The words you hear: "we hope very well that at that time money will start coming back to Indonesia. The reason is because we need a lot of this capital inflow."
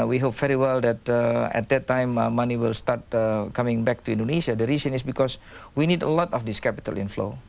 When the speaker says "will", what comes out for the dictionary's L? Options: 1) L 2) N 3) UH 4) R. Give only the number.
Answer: 1